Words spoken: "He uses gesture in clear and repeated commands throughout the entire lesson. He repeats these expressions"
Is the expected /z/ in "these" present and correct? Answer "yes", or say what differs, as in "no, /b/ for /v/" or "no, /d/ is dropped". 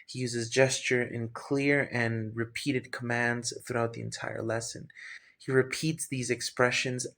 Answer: yes